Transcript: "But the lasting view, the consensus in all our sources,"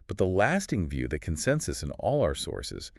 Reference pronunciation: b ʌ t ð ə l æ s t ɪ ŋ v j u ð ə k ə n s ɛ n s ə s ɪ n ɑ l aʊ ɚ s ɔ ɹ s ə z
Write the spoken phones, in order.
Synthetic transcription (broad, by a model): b ʌ t ð ə l æ s t ɪ ŋ v j u ð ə k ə n s ɛ n s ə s ɪ n ɑ l aʊ ɚ s ɔ ɹ s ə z